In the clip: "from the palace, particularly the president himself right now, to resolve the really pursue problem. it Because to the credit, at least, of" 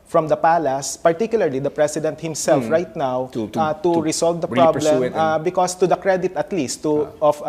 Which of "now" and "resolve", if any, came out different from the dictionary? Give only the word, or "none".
resolve